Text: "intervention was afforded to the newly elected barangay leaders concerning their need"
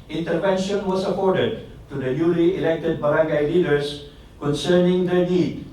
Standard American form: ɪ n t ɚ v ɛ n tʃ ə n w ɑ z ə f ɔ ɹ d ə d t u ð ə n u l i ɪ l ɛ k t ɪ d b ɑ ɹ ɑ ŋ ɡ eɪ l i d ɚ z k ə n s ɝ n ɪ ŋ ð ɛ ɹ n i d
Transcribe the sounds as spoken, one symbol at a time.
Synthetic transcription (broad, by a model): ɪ n t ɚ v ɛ n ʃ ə n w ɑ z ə p ɔ ɹ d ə d t u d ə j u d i ɪ l ɛ k t ɪ d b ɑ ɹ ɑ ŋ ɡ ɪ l i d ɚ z k ə n s ɝ n ɪ ŋ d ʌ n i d